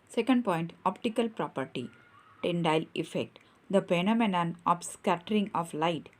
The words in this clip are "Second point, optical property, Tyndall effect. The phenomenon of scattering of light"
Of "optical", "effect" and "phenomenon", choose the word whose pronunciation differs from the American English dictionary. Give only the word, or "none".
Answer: phenomenon